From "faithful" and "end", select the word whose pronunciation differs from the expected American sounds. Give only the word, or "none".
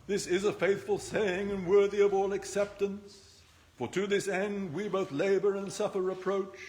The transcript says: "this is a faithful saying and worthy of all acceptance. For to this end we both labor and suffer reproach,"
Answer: none